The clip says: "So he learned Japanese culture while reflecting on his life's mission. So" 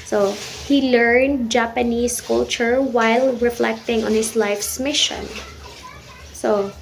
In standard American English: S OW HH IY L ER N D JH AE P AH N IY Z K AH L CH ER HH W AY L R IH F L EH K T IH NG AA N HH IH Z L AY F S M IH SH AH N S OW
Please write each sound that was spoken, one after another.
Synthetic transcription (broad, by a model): S OW HH IY L ER N D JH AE P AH N IY S K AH L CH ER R W AY L R IH F L EH K T IH NG AA N HH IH S L AY F S M IH SH AH N S OW